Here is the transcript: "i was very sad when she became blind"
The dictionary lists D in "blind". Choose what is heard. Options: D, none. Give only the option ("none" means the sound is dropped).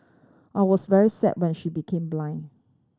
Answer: none